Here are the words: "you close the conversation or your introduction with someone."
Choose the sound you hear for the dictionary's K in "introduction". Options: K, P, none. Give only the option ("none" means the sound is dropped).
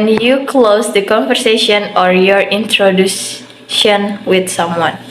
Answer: none